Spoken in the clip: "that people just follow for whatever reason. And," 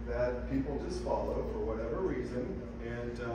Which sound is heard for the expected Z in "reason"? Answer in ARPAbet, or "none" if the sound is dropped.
Z